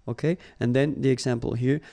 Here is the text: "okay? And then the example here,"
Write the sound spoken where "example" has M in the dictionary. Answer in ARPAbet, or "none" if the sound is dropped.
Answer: M